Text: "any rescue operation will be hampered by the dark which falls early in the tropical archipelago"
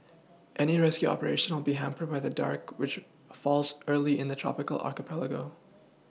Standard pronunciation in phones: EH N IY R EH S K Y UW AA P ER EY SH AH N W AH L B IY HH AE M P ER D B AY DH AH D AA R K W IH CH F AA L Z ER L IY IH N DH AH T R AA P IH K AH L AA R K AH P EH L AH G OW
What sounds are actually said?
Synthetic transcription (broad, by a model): EH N IY R EH S K Y UW AA P ER EY SH AH N W AH L B IY HH AE M P ER D B AY DH AH D AA R K W IH CH F AA L Z ER L IY IH N DH AH T R AA P IH K AH L AA R K AH P EH L AH G OW